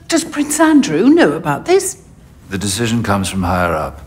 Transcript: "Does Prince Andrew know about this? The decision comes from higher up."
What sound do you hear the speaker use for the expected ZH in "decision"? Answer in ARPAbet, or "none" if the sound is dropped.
ZH